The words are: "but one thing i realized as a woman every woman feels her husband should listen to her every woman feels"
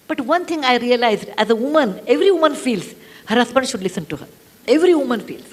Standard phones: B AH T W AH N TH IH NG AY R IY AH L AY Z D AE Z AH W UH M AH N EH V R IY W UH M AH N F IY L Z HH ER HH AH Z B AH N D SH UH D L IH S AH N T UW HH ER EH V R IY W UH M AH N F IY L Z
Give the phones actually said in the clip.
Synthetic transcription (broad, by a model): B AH T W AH N T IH NG AY R IY AH L AY Z D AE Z AH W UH M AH N EH V R IY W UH M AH N F IY L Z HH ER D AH S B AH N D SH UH D L IH S AH N T UW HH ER EH V R IY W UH M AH N F IY L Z